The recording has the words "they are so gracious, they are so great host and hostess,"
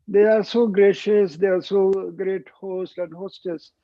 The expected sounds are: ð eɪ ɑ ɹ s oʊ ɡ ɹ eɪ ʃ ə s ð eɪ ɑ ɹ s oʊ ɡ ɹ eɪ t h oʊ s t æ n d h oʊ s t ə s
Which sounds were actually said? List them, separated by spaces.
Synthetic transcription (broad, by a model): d eɪ ɑ ɹ s oʊ ɡ ɹ eɪ ʃ ə s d eɪ ɑ ɹ s oʊ ɡ ɹ eɪ t h oʊ s t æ n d h oʊ s t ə s